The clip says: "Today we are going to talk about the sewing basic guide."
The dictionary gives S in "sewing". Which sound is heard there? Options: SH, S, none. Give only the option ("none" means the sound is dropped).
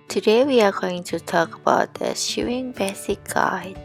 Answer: SH